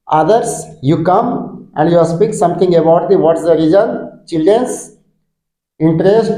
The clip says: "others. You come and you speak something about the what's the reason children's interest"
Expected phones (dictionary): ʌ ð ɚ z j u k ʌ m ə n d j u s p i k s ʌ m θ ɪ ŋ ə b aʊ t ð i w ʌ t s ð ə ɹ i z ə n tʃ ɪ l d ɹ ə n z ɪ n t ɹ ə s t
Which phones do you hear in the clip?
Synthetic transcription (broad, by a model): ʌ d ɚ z j u k ʌ m ə n d j u s p i k s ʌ m t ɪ ŋ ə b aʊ t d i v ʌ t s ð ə ɹ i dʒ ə n tʃ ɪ l d ɹ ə n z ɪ n t ɹ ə s t